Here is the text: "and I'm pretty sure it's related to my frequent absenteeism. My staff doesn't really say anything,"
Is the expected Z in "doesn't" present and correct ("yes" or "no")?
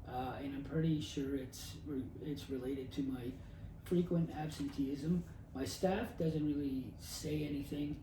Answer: yes